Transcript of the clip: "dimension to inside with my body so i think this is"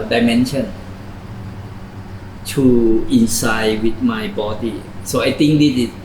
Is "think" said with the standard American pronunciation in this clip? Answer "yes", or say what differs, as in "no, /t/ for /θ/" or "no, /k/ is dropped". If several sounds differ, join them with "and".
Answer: no, /t/ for /θ/